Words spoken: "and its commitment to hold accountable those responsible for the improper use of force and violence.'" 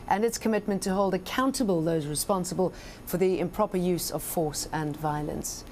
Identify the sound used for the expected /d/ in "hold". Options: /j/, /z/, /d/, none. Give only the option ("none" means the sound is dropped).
/d/